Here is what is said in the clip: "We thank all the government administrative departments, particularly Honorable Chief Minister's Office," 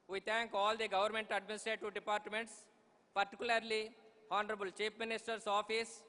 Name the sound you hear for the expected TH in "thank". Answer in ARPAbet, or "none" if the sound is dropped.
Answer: T